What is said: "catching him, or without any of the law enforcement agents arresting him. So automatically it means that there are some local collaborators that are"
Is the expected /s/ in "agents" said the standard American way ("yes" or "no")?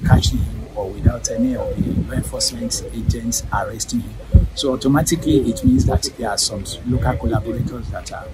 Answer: yes